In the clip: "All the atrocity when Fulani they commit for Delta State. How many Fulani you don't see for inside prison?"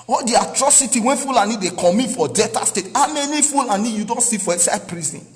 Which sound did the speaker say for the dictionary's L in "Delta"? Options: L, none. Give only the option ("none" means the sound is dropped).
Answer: none